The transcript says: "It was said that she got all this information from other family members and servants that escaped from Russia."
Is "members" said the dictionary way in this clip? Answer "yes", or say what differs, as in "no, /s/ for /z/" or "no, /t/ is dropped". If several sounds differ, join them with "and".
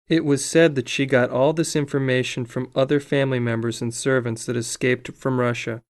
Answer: yes